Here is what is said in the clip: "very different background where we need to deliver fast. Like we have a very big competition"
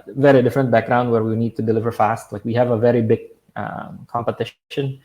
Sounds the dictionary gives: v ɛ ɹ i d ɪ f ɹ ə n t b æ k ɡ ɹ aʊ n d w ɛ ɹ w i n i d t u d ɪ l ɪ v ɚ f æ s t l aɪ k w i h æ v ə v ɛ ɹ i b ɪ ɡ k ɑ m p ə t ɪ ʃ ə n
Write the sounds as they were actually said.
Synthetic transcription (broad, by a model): v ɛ ɹ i d ɪ f ɹ ə n t b æ k ɡ ɹ aʊ n d w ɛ ɹ w i n i d t u d ɪ l ɪ v ɚ f æ s t l aɪ k w i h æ v ə v ɛ ɹ i b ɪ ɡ k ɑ m p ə t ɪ ʃ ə n